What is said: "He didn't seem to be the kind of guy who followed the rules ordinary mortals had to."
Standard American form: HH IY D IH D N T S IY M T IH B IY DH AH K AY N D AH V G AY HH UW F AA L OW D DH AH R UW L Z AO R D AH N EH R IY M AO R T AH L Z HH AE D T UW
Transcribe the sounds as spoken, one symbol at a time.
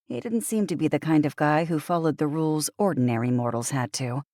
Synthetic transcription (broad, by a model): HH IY D IH D N T S IY M T IH B IY DH AH K AY N D AH V G AY HH UW F AA L OW D DH AH R UW L Z AO R D N EH R IY M AO R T L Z HH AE D T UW